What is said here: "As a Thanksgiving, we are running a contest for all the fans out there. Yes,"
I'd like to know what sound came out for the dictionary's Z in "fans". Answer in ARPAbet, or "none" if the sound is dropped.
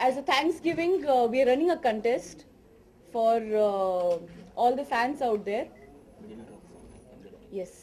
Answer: S